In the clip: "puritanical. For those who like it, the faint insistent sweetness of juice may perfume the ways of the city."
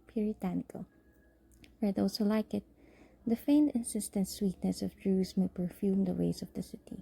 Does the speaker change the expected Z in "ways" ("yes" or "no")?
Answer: yes